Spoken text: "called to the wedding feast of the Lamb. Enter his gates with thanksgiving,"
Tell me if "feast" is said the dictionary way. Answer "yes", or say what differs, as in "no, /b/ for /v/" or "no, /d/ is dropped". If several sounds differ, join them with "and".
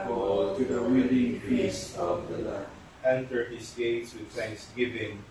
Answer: no, /p/ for /f/ and /t/ is dropped